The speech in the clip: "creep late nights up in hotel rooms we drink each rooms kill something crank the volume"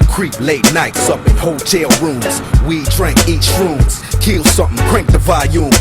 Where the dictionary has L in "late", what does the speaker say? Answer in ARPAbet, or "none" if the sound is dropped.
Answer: L